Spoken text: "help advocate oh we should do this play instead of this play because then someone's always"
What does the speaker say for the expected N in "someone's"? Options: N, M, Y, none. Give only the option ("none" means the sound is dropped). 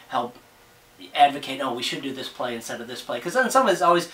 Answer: none